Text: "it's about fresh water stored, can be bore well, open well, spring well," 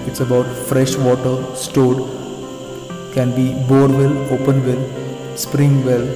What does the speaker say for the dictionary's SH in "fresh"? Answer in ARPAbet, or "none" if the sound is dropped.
SH